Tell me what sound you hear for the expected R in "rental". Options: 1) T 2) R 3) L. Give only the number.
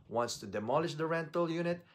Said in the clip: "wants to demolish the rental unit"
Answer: 2